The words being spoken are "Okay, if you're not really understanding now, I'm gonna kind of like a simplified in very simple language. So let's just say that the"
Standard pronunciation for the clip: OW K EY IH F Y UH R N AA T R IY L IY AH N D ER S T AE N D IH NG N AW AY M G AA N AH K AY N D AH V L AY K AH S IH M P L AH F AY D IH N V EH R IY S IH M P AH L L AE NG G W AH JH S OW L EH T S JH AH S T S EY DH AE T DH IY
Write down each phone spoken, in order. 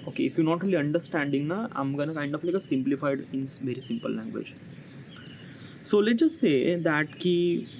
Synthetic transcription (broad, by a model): OW K EY IH F Y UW N AA T R IY L IY AH N D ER S T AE N D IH NG N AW AY M G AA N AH K AY N D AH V L AY K AH S IH M P L AH F AY D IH N V EH R IY S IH M P AH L L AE NG G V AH JH S OW L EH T JH AH S T S EY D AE T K IY